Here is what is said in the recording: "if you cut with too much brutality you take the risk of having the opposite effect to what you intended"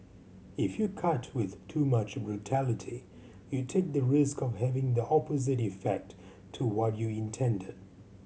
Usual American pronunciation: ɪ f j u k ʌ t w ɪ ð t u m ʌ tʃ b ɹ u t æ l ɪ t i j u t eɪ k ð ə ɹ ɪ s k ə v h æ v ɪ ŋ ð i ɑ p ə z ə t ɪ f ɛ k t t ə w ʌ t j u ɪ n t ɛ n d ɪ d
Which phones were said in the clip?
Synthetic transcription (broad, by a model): ɪ f j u k ʌ t w ɪ ð t u m ʌ tʃ b ɹ u t æ l ɪ t i j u t eɪ k ð ə ɹ ɪ s k ə v h æ v ɪ ŋ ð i ɑ p ə z ə t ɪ f ɛ k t t ə w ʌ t j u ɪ n t ɛ n d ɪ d